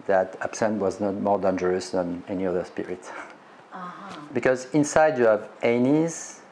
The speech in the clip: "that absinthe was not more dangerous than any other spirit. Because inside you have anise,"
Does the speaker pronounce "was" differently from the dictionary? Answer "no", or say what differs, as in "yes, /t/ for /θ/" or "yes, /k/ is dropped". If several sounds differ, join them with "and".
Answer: no